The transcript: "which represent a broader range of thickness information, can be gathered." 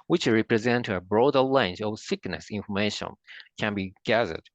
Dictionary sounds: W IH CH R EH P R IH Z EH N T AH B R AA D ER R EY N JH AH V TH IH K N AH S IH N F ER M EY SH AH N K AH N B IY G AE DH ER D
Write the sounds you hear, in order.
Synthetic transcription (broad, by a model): W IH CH R EH P R IH Z EH N T AH B R AA D ER L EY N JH AH V S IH K N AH S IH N F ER M EY SH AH N K AH N B IY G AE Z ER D